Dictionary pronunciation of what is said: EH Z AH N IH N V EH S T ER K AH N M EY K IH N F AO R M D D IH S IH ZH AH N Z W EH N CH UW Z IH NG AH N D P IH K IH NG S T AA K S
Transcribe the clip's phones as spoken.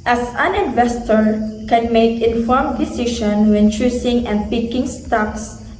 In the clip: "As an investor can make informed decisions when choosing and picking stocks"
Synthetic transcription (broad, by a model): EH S AH N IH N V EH S T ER K AH N M EY K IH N F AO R M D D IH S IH SH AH N W EH N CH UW S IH NG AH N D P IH K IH NG S T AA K S